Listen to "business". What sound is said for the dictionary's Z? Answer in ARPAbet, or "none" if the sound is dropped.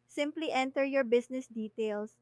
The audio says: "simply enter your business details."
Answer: S